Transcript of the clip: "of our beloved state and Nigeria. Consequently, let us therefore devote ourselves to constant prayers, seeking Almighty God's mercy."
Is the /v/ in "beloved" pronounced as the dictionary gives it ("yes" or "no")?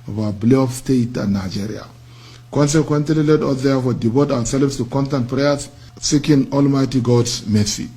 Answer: no